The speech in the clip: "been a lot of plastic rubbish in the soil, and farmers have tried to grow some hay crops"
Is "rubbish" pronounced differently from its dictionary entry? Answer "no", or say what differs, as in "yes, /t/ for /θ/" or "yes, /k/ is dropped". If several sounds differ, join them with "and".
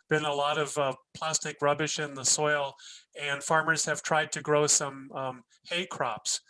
no